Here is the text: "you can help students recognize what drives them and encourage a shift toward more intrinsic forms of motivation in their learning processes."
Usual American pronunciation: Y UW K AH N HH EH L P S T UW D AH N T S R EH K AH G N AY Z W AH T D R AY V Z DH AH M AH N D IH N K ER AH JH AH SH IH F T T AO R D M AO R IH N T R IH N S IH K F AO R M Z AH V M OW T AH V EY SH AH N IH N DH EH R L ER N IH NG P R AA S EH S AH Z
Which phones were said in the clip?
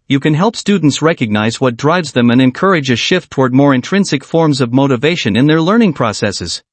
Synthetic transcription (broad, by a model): Y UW K AH N HH EH L P S T UW D N T S R EH K AH G N AY Z W AH T D R AY V Z DH AH M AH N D IH N K ER AH JH AH SH IH F T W AO R D M AO R IH N T R IH N S IH K F AO R M Z AH V M OW T AH V EY SH AH N IH N DH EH R L ER N IH NG P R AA S EH S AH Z